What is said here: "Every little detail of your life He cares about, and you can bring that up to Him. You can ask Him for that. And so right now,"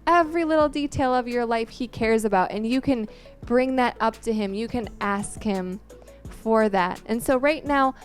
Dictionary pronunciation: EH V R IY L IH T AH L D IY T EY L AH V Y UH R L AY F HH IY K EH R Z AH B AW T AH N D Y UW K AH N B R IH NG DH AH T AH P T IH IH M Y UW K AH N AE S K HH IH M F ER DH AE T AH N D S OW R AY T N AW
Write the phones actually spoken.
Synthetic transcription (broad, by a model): EH V R IY L IH T L D IY T EY L AH V Y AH R L AY F HH IY K EH R Z AH B AW T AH N Y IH K AH N B R IH NG DH AH T AH P T IH IH M Y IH K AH N AE S K HH IH M F ER DH AE T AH N S OW R AY T N AW